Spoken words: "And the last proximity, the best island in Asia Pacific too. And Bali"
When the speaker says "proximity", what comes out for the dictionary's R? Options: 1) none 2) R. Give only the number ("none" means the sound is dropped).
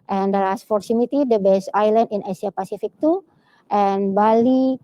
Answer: 1